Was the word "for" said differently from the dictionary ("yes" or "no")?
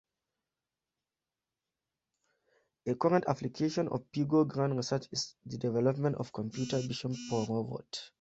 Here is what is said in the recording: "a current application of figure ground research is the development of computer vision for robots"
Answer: yes